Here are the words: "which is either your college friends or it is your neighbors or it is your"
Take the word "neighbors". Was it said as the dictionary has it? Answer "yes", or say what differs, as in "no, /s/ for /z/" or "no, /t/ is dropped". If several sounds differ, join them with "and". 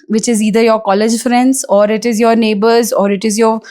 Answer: yes